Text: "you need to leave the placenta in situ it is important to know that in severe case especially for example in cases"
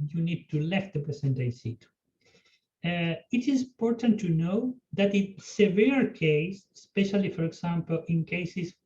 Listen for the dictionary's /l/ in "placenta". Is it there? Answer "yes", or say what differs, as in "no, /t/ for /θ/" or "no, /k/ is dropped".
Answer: no, /l/ is dropped